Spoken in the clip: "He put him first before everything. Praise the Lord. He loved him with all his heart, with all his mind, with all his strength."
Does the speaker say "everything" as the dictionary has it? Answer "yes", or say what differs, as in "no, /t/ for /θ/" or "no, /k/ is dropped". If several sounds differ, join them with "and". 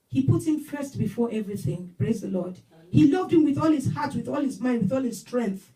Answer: yes